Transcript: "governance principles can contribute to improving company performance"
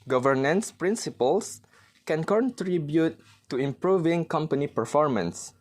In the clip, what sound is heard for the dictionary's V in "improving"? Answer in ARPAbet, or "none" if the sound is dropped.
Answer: V